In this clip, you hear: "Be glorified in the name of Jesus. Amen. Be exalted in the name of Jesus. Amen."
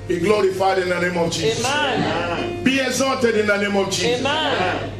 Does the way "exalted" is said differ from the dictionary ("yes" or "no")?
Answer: yes